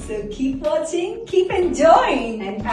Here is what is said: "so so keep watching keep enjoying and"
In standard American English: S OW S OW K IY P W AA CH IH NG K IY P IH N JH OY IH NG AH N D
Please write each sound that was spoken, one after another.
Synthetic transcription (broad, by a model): S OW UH K IY P W AA CH IH NG K IY P IH N JH OY IH NG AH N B